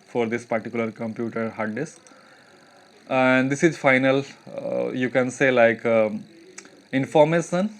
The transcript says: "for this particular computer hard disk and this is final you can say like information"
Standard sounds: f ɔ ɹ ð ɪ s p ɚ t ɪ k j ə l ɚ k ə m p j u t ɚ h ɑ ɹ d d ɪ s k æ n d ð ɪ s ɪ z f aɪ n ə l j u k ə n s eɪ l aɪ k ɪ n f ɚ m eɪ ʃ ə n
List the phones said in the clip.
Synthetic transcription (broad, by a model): f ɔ ɹ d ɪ s p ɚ t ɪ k j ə l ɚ k ə m p j u t ɚ h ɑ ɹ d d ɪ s æ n d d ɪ s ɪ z f aɪ n ə l j u k ə n s eɪ l aɪ k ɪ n f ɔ m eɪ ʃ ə n